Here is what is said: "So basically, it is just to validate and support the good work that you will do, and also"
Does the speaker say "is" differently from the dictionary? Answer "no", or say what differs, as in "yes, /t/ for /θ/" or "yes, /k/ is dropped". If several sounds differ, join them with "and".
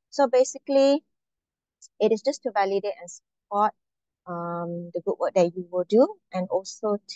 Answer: yes, /s/ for /z/